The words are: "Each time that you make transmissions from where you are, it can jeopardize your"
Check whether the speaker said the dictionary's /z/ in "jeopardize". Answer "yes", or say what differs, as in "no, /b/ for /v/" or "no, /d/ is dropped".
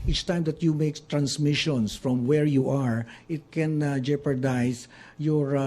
no, /s/ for /z/